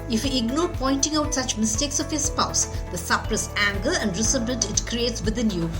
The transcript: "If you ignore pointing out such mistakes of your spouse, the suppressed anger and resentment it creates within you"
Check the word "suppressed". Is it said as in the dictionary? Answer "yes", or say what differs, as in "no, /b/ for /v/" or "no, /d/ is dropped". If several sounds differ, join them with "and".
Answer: no, /t/ is dropped